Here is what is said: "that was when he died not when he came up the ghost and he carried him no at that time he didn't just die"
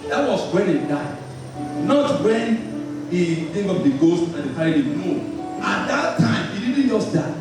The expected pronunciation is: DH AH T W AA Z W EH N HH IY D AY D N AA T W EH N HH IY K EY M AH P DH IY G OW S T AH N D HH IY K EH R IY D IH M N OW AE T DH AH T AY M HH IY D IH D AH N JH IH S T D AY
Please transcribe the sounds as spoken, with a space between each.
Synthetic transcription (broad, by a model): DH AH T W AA S W EH N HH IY D AY D N AA T W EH N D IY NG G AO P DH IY G OW S T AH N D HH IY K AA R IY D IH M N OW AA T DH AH T AY M HH IY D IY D N JH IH S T D AY